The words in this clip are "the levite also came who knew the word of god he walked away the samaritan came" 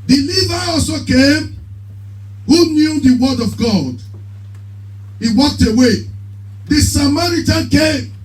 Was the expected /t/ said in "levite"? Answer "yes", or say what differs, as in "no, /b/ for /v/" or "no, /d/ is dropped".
no, /t/ is dropped